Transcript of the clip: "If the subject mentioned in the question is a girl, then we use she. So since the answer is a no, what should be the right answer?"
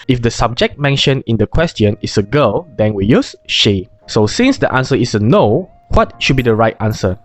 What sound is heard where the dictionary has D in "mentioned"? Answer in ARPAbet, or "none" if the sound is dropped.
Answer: none